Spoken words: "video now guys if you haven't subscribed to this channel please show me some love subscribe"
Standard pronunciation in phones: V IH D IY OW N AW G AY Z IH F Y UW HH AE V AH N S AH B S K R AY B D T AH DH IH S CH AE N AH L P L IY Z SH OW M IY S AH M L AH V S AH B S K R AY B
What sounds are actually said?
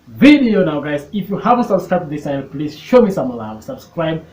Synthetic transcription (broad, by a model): V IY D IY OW N AW G AY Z IH F Y UW HH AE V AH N S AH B S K R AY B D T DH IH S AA AH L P L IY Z SH OW M IY S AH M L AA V S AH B S K R AY B